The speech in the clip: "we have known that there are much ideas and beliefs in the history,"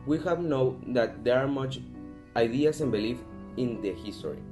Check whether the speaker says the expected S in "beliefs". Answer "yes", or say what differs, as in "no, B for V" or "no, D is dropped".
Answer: no, S is dropped